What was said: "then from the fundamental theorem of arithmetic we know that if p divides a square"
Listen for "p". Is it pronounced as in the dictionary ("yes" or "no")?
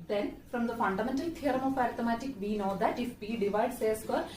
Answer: no